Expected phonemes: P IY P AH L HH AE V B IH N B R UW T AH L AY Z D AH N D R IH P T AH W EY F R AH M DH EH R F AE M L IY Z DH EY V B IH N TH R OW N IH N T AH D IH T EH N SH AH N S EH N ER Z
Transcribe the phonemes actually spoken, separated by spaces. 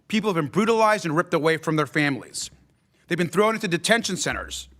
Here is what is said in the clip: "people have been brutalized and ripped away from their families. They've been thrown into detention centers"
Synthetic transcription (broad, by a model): P IY P L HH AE V B IH N B R UW T AH L AY Z D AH N R IH P T AH W EY F R AH M DH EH R F AE M L IY Z DH EY V B IH N TH R OW N IH N T AH D IH T EH N SH AH N S EH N ER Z